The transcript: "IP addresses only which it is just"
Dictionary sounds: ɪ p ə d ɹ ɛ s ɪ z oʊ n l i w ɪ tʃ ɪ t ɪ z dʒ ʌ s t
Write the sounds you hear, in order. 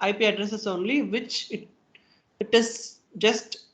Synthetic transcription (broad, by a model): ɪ p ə d ɹ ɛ s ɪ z oʊ n l i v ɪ tʃ ɪ t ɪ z dʒ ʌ s t